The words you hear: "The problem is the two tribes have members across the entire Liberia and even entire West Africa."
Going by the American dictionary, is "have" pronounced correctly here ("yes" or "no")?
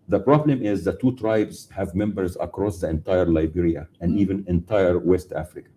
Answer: yes